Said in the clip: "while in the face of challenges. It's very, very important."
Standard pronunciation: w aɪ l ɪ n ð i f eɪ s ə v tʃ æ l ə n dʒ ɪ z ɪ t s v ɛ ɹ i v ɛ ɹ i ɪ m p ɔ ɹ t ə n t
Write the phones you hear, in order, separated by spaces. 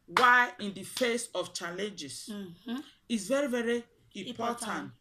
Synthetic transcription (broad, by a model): w aɪ ɪ n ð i f eɪ s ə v tʃ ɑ l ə n dʒ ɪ s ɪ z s v ɛ ɹ i v ɛ ɹ i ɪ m p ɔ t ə n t